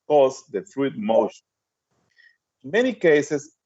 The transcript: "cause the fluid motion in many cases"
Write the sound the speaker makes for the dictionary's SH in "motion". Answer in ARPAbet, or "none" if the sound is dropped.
none